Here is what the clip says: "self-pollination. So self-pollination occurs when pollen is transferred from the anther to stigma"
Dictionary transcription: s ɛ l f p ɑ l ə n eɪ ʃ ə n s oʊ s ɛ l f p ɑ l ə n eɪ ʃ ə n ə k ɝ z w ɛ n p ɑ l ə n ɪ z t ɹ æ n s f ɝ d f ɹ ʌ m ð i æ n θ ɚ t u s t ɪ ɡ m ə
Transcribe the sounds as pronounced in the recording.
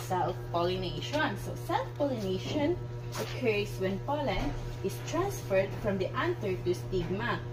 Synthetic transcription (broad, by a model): s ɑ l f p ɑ l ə n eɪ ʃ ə n s oʊ s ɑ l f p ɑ l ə n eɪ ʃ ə n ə k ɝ s w ɛ n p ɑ l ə n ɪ s t ɹ æ n s f ɝ d f ɹ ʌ m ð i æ n t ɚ t u s t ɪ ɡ m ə